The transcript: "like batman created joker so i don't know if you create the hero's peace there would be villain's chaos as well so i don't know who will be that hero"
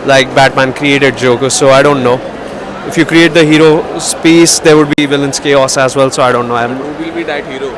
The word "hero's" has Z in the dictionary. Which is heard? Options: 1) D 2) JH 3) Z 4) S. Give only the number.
4